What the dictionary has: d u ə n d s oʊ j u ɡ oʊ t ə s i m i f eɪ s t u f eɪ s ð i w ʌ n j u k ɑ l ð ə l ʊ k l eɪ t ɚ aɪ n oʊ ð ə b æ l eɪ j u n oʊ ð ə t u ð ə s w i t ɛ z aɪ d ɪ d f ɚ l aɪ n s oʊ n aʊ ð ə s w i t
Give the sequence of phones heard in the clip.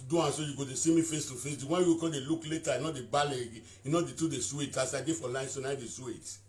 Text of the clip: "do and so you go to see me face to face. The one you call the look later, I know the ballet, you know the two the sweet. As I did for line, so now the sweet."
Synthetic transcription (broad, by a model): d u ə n s oʊ j u ɡ oʊ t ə s i m i f eɪ s t u f eɪ s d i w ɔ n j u k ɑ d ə l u k l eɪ t aɪ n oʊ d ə b æ l eɪ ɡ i n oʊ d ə t u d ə s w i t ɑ s aɪ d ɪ f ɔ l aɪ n s oʊ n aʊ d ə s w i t